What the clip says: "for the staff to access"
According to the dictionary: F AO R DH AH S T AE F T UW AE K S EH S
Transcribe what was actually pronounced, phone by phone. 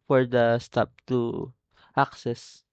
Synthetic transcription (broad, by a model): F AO R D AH S T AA P T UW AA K S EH S